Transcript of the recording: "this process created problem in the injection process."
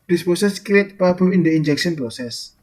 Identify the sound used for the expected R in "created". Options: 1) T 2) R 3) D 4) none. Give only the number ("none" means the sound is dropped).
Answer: 4